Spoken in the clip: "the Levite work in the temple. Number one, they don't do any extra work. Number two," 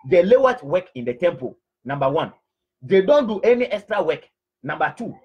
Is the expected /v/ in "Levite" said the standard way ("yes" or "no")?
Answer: no